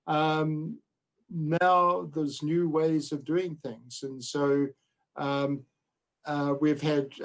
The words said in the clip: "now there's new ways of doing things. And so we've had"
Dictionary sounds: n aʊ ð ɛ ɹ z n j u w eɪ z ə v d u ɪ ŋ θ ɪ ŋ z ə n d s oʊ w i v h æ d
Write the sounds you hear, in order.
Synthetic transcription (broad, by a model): n aʊ ð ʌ ɹ z n j u w eɪ z ə v d u ɪ ŋ θ ɪ ŋ z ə n s oʊ w i v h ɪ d